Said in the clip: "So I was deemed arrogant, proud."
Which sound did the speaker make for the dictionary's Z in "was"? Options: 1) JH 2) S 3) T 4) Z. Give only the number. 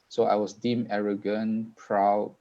2